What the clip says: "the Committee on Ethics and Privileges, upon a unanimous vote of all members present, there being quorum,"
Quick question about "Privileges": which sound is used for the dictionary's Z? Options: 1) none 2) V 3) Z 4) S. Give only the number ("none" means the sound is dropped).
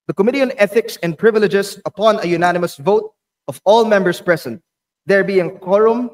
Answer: 4